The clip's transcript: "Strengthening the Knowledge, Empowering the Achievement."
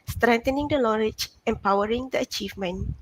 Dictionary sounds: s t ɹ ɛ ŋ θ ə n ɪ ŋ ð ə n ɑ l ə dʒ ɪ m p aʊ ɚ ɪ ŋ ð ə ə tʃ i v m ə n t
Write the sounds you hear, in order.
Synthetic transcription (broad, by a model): s t ɹ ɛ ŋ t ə n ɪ ŋ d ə l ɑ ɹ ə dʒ ɪ m p aʊ ɚ ɪ ŋ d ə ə tʃ i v m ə n